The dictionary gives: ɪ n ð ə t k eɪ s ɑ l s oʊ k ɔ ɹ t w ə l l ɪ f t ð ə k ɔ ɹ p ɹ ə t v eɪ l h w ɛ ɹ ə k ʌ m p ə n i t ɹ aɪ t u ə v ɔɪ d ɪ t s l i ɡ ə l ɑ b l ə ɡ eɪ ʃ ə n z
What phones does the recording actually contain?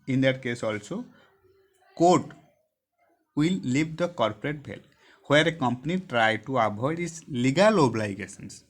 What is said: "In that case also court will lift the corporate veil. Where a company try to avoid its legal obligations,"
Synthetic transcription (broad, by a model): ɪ n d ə t k eɪ s ɑ l s oʊ k ɔ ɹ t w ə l l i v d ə k ɔ ɹ p ɹ ə t b eɪ l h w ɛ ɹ ə k ʌ m p ə n i t ɹ aɪ t u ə b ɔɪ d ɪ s l i ɡ ə l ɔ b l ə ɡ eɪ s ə n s